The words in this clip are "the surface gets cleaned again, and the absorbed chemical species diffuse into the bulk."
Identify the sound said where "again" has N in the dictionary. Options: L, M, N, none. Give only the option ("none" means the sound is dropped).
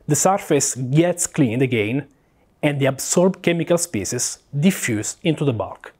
N